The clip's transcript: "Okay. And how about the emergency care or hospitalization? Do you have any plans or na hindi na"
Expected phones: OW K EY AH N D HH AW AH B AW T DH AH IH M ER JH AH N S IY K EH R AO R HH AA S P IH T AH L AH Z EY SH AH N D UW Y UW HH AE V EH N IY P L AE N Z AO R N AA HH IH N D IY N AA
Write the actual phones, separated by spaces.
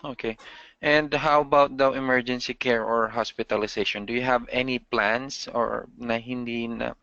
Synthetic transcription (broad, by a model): OW K EY AH N D HH AW AH B AW T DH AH IH M ER JH AH N S IY K EH R AO R HH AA S P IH T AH L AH S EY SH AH N D UW Y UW HH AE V EH N IY P L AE N S AO R N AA HH IH N D IY N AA